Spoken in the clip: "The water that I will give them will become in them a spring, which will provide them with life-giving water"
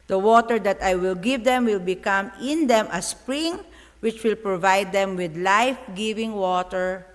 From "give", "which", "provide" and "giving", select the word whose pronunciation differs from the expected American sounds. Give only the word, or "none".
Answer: none